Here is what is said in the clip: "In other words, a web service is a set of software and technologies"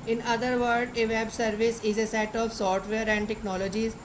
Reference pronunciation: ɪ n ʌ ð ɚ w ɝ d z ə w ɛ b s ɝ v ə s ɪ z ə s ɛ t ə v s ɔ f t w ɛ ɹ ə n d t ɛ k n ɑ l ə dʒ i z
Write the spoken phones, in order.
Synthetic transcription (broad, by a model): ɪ n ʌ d ɚ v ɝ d ə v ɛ b s ɝ v ə s ɪ z ə s ɛ t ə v s ɔ f t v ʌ ɹ ə n d t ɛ k n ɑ l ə dʒ i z